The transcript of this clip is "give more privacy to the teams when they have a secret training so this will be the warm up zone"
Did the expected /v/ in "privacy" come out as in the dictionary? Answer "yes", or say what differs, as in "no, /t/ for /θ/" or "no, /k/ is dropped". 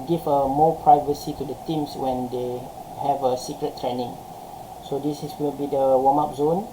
yes